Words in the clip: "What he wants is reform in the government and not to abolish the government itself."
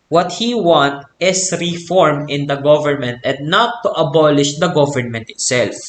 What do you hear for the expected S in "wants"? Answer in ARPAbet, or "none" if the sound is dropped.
none